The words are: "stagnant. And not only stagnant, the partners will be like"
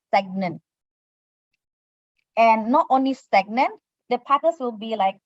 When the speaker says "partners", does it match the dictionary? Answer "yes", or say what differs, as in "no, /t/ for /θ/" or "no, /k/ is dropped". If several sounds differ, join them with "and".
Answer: no, /n/ is dropped and /s/ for /z/